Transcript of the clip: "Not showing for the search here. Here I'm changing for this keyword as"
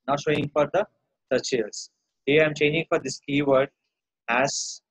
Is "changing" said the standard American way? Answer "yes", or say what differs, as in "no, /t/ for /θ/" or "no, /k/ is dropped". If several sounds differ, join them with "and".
yes